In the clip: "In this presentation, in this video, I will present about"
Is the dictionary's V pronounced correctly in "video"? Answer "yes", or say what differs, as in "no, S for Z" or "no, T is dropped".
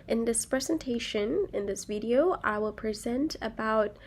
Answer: yes